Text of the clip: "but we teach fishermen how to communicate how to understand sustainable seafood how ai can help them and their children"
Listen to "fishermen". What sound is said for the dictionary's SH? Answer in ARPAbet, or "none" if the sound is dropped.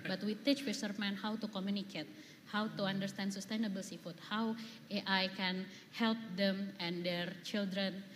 S